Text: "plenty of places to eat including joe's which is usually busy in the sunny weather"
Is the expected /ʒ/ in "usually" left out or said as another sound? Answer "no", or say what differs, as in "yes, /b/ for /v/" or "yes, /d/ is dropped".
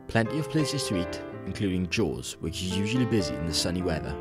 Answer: no